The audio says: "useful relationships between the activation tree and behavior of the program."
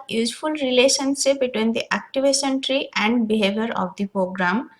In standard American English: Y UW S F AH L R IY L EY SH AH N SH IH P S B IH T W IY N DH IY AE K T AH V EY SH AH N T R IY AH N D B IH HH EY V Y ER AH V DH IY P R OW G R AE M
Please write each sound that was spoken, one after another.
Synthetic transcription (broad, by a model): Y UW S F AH L R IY L EY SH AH N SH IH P B IH T W IY N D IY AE K T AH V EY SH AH N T R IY AH N D B IH HH EY V Y ER AH V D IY P R OW G R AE M